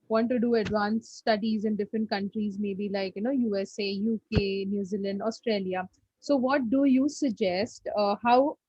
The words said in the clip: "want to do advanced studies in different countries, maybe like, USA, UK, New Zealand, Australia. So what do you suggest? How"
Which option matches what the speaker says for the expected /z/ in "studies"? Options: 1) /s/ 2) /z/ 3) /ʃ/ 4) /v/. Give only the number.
2